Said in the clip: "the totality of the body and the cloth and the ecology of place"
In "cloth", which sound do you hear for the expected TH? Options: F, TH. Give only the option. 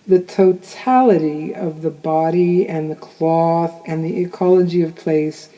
TH